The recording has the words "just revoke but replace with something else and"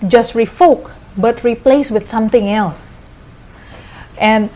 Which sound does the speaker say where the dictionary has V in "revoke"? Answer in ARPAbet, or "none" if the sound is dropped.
F